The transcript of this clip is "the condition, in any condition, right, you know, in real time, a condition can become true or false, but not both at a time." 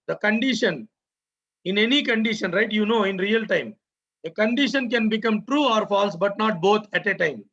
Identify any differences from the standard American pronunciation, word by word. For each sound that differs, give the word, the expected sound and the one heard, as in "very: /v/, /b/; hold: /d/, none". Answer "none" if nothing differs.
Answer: both: /θ/, /t/